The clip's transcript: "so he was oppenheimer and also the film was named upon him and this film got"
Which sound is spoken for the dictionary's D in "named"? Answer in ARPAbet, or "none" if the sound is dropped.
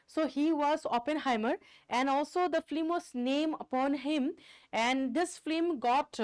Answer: none